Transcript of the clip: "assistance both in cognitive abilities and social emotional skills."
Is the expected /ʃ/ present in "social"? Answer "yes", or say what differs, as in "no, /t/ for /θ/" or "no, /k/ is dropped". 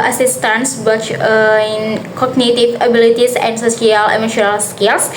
no, /s/ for /ʃ/